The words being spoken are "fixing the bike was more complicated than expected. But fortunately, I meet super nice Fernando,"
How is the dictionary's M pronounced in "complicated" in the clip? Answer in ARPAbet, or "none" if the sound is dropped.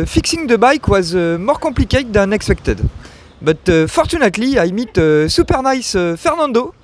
none